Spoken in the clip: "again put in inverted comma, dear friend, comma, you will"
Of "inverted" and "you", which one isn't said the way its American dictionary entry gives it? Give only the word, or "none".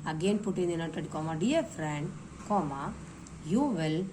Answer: inverted